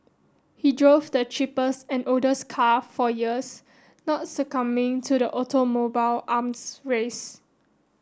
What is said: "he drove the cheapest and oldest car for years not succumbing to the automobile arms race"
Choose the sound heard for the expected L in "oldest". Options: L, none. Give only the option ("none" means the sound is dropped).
none